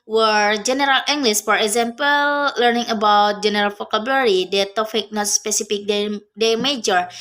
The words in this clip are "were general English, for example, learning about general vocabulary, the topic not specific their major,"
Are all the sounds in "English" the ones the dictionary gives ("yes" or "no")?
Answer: no